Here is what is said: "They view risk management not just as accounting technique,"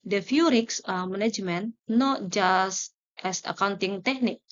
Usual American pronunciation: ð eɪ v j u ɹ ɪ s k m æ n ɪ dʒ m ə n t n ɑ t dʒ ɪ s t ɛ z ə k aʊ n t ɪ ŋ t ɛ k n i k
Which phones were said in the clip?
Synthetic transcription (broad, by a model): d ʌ f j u ɹ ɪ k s m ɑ n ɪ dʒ m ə n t n ɑ t dʒ ɪ s t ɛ s ə k aʊ n t ɪ ŋ t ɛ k n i k